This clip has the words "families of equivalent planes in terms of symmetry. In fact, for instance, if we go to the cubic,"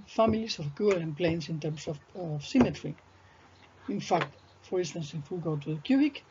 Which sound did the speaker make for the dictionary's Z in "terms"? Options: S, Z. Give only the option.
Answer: S